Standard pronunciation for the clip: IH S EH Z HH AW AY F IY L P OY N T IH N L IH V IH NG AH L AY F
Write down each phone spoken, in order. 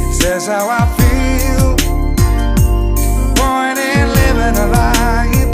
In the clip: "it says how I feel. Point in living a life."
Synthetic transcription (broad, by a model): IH S EH Z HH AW AY F IY L B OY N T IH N L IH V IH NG AH L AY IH